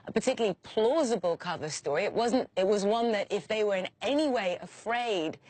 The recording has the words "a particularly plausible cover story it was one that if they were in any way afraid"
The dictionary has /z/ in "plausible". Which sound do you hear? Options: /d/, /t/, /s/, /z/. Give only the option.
/z/